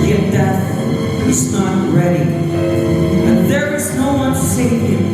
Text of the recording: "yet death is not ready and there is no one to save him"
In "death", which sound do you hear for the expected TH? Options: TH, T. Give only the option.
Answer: T